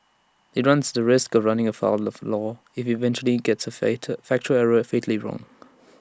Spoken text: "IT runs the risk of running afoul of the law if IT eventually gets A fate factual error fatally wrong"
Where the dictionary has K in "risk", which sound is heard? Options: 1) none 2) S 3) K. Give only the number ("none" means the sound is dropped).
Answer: 3